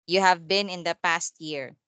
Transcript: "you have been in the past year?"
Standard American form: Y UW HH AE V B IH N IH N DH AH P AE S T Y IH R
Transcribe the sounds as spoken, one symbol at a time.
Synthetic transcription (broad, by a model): Y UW HH AE V B IH N IH N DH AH P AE S T Y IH R